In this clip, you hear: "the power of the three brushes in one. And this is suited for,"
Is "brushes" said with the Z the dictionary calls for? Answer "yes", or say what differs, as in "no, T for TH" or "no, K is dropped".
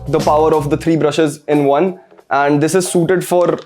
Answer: yes